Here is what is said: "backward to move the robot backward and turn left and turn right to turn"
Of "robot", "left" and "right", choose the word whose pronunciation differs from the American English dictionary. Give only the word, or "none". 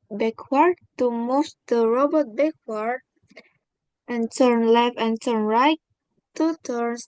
left